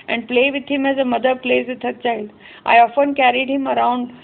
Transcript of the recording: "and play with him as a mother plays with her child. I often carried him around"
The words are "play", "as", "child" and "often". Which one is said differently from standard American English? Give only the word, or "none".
none